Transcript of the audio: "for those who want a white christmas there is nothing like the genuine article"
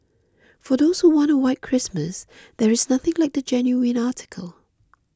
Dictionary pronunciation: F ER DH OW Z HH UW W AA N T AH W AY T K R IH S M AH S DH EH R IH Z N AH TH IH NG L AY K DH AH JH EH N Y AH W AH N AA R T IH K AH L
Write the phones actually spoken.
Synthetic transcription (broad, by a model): F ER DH OW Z HH UW W AA N T AH W AY T K R IH S M AH S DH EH R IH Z N AH TH IH NG L AY K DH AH JH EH N Y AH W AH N AA T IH K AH L